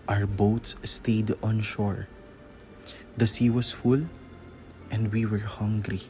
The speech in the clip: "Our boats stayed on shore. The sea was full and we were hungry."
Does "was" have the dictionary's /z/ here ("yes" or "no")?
no